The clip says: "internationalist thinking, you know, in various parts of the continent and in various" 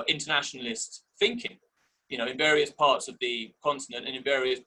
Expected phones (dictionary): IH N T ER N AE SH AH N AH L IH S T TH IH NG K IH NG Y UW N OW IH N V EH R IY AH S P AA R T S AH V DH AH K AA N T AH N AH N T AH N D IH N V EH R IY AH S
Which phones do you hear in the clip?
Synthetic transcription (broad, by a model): IH N T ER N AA SH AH N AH L IH S T TH IH NG K IH NG Y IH N OW IH N V EH R IY AH S P AA T S AH V DH AH K AA N T AH N AH N T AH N IH N V EH R IY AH S